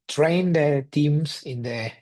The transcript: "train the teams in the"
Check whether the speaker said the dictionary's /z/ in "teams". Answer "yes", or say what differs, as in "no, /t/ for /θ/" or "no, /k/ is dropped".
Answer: no, /s/ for /z/